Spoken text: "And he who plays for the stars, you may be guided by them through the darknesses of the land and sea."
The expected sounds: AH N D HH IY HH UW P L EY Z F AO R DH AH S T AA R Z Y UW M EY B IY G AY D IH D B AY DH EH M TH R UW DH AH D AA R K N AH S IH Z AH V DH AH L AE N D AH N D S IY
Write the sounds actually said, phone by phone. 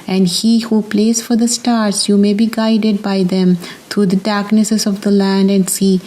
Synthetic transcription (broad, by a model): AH N D HH IY HH UW P L EY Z F AO R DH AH S T AA R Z Y UW M EY B IY G AY D IH D B AY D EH M T R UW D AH D AA R K N AH S IH Z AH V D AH L AE N D AH N D S IY